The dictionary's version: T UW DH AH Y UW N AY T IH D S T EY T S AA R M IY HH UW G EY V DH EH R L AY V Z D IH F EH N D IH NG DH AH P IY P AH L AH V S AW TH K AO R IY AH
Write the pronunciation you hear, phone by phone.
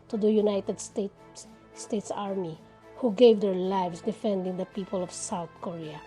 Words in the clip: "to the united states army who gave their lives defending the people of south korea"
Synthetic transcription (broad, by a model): T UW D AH Y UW N AY T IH D S T EY T S AA R M IY HH UW G EY V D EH R L AY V S D IH F EH N D IH NG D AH P IY P AH L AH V S AW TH K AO R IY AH